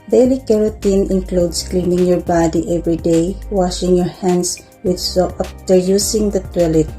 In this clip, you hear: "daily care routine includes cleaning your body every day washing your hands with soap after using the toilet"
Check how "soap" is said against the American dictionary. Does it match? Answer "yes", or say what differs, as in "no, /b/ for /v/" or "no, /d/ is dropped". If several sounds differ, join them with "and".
no, /p/ is dropped